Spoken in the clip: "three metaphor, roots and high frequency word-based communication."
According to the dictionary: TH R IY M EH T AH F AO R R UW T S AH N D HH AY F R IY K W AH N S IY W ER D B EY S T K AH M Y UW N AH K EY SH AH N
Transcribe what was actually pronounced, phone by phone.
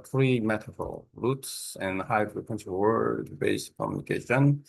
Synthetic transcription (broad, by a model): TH R IY M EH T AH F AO L R UW T S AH N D HH AY F R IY K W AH N SH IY W ER D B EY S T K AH M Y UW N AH K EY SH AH N